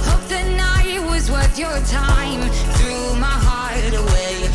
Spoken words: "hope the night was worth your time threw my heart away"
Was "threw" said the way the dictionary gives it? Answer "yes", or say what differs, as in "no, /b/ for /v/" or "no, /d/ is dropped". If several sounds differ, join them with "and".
yes